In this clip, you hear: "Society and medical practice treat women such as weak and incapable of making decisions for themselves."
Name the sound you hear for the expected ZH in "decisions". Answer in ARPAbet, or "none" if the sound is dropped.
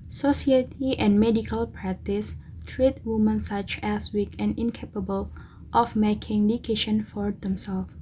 SH